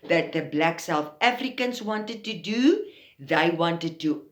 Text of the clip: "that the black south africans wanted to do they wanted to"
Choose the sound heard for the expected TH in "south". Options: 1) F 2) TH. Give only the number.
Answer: 2